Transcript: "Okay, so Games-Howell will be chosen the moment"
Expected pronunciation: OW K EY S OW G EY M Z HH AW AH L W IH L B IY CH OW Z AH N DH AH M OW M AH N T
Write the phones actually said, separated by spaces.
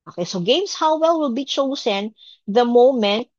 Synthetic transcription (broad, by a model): OW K EY S OW G EY M S HH AW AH L W IH L B IY CH OW S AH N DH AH M OW M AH N T